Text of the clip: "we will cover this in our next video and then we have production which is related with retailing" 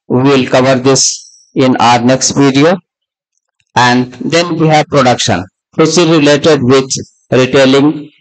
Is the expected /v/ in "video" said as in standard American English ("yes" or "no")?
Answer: no